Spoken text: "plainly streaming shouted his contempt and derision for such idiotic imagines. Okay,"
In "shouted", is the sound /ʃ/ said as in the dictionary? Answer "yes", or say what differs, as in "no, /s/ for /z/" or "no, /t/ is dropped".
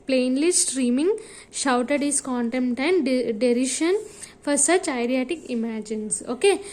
yes